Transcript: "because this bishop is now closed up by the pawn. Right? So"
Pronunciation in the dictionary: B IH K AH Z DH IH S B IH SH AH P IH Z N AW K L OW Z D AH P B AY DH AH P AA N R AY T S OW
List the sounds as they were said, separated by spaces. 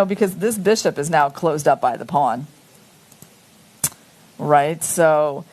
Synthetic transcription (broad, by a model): B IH K AH Z DH IH S B IH SH AH P IH Z N AW K L OW Z D AH P B AY DH AH P AA N R AY T S OW